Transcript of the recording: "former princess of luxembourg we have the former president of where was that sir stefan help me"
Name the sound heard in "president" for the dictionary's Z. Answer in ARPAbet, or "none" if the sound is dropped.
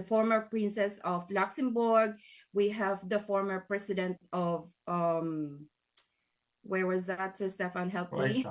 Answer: S